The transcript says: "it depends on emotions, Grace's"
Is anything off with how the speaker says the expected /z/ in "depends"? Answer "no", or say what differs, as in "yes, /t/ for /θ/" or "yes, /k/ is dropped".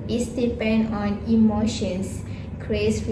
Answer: yes, /z/ is dropped